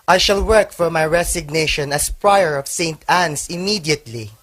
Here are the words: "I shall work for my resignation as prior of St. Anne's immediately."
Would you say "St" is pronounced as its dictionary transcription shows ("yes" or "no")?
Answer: yes